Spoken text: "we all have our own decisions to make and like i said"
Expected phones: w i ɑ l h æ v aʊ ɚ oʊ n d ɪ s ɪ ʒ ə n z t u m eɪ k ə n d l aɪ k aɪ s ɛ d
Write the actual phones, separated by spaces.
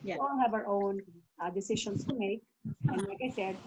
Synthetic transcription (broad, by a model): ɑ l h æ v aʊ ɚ oʊ n d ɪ s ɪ ʃ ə n s t u m eɪ k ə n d l aɪ k aɪ s ɛ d